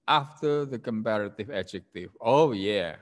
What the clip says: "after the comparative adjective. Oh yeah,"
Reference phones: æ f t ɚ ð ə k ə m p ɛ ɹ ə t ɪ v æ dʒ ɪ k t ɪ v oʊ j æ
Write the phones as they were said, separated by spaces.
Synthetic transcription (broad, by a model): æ f t ɚ ð ə k ə m p ɛ ɹ ə t ɪ v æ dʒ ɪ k t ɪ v oʊ j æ